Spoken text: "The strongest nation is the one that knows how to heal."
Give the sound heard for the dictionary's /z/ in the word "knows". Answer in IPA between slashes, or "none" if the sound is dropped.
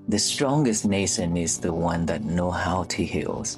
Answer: none